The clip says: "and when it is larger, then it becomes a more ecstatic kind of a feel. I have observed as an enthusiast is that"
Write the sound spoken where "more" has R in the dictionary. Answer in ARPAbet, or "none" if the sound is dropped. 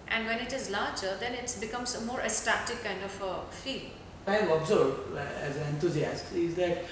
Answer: R